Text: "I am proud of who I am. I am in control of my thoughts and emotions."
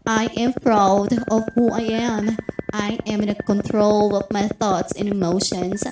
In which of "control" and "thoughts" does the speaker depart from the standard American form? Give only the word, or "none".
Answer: none